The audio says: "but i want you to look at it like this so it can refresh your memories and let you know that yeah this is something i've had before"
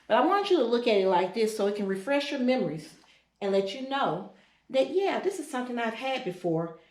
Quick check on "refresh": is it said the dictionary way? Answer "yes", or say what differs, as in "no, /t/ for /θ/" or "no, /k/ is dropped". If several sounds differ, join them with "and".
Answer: yes